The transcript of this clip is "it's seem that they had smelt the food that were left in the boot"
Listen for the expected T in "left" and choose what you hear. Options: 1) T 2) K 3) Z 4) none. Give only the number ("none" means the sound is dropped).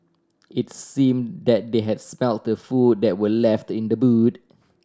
1